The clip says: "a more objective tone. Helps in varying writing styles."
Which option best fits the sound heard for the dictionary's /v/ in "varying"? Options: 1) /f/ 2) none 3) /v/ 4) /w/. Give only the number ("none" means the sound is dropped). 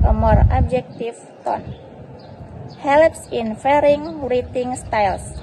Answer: 1